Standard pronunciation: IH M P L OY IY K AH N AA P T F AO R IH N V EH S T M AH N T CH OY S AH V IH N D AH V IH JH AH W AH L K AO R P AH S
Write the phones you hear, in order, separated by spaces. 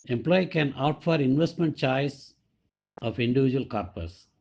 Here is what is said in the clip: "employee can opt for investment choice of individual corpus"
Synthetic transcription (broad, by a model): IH M P L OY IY K AH N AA T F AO R IH N V EH S T M AH N T CH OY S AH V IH N D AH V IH JH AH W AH L K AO R P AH S